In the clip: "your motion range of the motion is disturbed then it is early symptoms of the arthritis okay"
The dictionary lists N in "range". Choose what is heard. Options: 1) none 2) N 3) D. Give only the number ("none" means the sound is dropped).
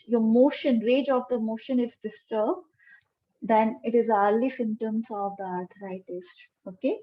1